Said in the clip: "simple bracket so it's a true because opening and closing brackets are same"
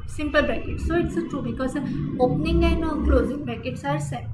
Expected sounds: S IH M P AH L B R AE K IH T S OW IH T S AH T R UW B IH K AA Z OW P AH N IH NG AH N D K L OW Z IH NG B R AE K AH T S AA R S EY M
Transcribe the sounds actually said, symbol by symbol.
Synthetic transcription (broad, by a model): S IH M P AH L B EH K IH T S OW IH T S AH T R UW B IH K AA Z OW P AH N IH NG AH N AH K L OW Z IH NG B AE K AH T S AA R S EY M